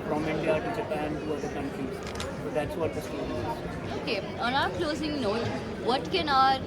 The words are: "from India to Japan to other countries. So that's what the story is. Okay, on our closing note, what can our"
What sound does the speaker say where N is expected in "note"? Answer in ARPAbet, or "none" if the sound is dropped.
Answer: N